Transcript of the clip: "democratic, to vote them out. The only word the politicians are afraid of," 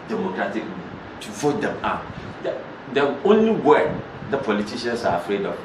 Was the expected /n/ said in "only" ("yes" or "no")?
yes